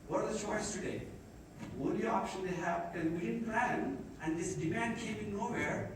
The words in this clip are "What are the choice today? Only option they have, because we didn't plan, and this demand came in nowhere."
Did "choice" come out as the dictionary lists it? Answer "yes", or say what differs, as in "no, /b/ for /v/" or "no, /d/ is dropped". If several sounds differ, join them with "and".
no, /ʃ/ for /tʃ/